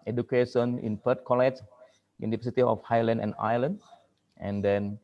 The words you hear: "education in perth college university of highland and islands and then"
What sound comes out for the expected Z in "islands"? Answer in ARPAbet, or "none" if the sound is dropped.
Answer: none